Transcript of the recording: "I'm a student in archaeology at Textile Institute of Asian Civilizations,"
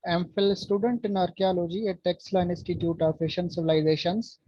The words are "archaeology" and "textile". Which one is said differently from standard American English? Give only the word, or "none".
textile